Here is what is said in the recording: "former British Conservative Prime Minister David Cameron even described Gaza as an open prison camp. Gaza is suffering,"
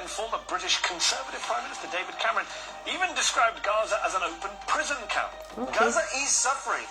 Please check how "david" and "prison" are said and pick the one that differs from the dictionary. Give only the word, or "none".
none